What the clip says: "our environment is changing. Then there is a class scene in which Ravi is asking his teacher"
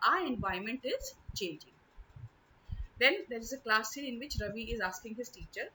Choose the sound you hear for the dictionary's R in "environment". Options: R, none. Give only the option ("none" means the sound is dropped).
none